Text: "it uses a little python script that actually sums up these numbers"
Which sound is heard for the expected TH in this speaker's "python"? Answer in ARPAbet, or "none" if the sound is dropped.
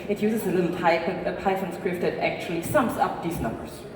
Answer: F